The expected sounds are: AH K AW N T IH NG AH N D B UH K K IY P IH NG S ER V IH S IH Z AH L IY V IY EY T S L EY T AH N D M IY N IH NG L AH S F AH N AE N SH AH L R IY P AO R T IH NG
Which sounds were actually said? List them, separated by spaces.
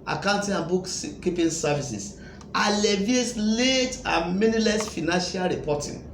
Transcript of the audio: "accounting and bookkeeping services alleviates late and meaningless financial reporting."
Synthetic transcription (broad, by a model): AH K AW N T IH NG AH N B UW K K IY P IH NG S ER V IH S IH S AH L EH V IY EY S L EY T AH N M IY N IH L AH S F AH N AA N SH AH L R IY P AO T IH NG